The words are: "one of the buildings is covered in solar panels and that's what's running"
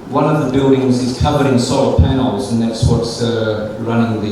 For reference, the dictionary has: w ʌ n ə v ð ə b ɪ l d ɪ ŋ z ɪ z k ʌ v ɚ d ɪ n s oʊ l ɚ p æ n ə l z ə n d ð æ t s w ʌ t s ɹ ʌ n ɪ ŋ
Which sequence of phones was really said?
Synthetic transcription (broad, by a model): w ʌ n ə v ð ə b ɪ l d ɪ ŋ z ɪ z k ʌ v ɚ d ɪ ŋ s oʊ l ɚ p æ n l z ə n ð æ t s w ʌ t s ɹ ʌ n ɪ ŋ